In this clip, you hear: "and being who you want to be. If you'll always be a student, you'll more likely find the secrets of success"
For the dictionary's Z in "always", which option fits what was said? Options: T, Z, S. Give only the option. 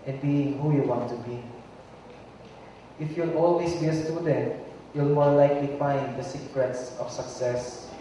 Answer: S